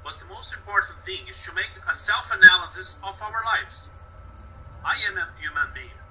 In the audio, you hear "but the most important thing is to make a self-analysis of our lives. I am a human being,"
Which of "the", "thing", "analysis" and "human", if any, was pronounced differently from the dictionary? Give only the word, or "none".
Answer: none